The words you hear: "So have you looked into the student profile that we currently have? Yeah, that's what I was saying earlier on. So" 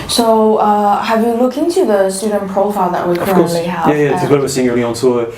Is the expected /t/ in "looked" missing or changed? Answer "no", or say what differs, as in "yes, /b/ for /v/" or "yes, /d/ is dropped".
yes, /t/ is dropped